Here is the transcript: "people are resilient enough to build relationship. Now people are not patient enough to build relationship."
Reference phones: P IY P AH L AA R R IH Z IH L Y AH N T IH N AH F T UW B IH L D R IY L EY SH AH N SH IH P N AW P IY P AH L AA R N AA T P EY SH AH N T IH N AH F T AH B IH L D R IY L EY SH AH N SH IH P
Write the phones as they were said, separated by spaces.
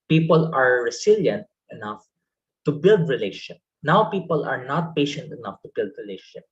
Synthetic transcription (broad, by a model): P IY P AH L AA R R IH S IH L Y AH N T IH N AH F T UW B IH L D R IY L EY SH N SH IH P N AW P IY P AH L AA R N AA T P EY SH AH N T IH N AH F T AH B IH L D R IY L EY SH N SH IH P